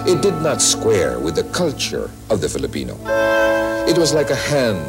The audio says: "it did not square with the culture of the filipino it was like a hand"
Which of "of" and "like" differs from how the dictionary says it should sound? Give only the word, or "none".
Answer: none